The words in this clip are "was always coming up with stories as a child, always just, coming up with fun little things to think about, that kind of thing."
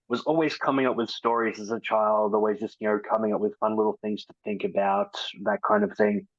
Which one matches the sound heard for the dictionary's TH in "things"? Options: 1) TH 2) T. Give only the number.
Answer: 1